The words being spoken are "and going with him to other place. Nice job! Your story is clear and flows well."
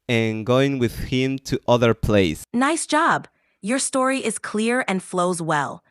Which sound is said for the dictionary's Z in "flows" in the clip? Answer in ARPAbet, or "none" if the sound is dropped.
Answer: Z